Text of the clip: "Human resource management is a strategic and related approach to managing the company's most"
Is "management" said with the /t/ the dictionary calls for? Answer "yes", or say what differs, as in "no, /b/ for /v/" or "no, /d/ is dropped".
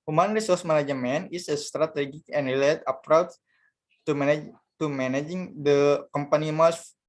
no, /t/ is dropped